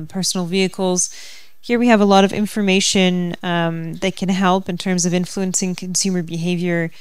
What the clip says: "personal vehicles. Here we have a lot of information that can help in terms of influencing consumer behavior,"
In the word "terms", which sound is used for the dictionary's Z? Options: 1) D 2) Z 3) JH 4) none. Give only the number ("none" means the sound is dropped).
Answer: 2